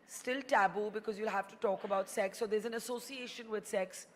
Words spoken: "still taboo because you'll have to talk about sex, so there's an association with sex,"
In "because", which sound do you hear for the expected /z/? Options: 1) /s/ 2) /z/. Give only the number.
2